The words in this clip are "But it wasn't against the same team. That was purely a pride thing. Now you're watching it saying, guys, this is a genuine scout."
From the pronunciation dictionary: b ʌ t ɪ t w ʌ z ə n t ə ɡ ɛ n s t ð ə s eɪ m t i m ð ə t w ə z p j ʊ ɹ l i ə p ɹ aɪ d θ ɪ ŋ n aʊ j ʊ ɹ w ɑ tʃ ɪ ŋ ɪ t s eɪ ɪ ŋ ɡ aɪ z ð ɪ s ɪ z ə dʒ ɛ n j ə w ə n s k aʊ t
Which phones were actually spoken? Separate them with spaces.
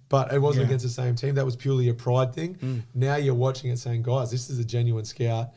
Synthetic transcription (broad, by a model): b ʌ t ɪ t w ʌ z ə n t ə ɡ ɛ n s t ð ə s eɪ m t i m ð ə t w ə z p j ʊ ɹ l i ə p ɹ aɪ d θ ɪ ŋ n aʊ j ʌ ɹ w ɑ tʃ ɪ ŋ ɪ t s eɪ ɪ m ɡ aɪ z ð ɪ s ɪ z ə dʒ ɛ n j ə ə n s k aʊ t